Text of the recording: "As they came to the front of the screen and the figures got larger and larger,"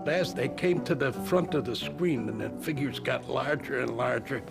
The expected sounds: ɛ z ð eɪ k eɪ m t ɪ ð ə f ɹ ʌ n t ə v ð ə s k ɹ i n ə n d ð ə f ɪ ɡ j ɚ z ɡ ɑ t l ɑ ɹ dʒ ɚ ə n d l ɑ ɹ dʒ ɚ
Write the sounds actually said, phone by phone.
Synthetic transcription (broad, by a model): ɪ z ð eɪ k eɪ m t ɪ ð ə f ɹ ʌ n t ə v ð ə s k ɹ i n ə n ð ə f ɪ ɡ j ɚ z ɡ ɑ t l ɑ ɹ dʒ ɚ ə n l ɑ ɹ dʒ ɚ